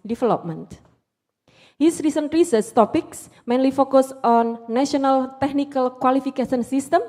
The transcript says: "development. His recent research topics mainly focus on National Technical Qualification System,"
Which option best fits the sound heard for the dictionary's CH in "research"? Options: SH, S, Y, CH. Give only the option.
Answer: S